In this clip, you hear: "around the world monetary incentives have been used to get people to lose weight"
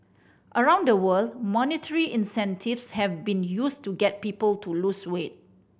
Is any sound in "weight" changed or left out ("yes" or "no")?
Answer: no